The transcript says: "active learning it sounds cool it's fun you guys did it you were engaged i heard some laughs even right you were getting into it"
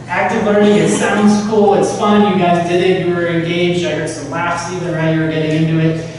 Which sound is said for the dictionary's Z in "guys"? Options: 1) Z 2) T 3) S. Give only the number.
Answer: 1